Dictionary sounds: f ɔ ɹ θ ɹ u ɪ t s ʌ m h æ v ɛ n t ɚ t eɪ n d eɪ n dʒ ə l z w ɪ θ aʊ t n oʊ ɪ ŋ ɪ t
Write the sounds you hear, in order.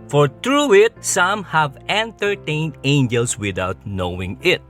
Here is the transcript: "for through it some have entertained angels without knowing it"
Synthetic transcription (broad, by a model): f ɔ ɹ t ɹ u ɪ t s ʌ m h æ v ɛ n t ɚ t eɪ n d eɪ n dʒ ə l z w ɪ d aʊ t n oʊ ɪ ŋ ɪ t